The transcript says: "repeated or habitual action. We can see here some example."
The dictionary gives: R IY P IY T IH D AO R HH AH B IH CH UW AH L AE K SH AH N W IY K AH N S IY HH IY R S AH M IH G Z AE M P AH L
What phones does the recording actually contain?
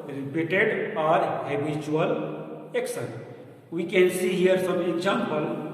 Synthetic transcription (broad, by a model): R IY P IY T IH D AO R HH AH B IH CH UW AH L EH K S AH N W IY K AH N S IY HH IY R S AH M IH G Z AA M P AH L